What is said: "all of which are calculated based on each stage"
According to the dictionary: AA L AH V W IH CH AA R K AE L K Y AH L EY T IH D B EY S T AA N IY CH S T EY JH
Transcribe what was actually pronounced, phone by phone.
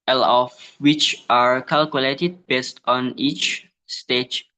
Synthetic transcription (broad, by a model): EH L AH F W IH CH AA R K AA L K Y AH L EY T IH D B EY S T AA N IY CH S T EY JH